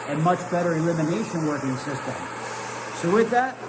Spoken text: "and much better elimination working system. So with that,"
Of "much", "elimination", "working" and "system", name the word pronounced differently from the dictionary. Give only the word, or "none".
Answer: none